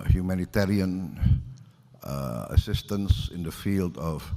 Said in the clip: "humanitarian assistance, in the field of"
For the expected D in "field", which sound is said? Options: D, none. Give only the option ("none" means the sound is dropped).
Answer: D